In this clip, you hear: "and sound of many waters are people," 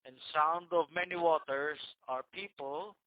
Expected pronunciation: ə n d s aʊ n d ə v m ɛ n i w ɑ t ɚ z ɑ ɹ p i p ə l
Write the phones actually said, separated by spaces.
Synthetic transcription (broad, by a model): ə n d s aʊ n d ə v m ɛ n i w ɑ t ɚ s ɑ ɹ p i p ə l